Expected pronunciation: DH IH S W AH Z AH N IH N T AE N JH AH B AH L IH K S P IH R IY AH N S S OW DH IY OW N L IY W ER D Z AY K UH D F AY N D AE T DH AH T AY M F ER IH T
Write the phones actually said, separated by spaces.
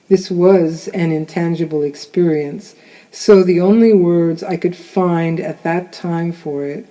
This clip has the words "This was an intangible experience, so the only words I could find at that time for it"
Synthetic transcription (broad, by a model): DH IH S W AH Z AH N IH N T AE N JH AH B L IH K S P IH R IY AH N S S OW DH IY OW N L IY W ER D Z AY K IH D F AY N D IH T DH AH T AY M F ER IH T